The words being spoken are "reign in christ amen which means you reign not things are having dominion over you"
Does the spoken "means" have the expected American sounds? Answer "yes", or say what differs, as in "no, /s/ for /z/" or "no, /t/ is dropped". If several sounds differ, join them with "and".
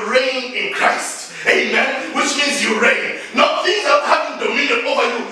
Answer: no, /n/ is dropped